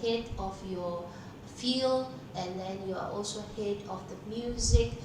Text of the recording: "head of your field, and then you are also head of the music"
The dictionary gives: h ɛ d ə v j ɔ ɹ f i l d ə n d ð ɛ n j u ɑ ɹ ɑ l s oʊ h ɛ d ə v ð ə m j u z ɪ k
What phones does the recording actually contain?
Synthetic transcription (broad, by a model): h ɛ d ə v j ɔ f i l ə n d ɛ n j u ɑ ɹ ɑ l s oʊ h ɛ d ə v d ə m j u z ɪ k